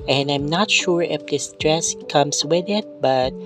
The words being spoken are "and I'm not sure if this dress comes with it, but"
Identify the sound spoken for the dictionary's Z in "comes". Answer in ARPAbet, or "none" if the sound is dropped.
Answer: S